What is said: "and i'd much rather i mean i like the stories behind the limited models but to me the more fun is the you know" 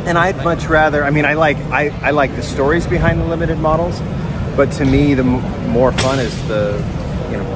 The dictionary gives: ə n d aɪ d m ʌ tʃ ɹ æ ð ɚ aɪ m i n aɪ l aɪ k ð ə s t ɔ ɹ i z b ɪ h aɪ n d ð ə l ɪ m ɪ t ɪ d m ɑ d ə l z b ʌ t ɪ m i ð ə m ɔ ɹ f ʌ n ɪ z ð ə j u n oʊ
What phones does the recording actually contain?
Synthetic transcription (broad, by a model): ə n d aɪ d m ʌ tʃ ɹ æ ð ɚ aɪ m i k aɪ l aɪ k ð ə s t ɔ ɹ i z b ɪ h aɪ n ð ə l ɪ m ɪ t ɪ d m ɑ d l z b ʌ t ɪ m i ð ə m ɔ ɹ f ʌ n ɪ z ð ə j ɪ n oʊ